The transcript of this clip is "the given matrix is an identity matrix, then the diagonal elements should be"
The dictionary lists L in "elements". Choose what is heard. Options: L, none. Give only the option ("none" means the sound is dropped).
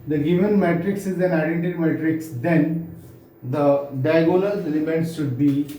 none